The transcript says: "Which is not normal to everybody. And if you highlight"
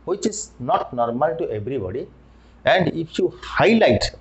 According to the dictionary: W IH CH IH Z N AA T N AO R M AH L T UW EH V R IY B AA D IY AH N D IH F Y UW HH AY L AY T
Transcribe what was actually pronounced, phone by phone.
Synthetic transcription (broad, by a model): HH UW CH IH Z N AA T N AO R M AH L T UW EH B R IY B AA D IY AH N D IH P Y UW HH AY L AY T